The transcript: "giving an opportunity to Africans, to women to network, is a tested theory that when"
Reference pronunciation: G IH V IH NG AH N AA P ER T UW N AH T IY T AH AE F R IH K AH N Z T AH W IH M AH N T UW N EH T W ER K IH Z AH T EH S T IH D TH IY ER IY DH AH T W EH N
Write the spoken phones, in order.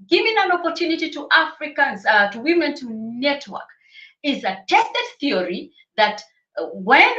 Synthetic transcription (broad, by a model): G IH V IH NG AH N AA P ER T UW N AH T IY T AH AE F R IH K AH N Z T AH W IH M AH N T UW N EH T W ER K IH Z AH T EH S T IH D TH IY ER IY DH AH T W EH N